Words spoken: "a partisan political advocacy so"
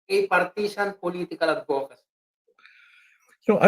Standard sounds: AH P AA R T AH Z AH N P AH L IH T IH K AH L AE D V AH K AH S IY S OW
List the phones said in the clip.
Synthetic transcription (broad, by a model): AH P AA R T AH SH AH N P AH L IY T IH K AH L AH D P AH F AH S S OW